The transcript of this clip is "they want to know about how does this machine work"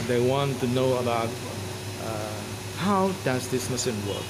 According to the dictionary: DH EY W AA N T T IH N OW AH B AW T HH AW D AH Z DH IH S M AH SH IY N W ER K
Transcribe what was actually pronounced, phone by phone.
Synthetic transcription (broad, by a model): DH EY W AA N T T IH N OW AH B AW T HH AW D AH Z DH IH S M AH S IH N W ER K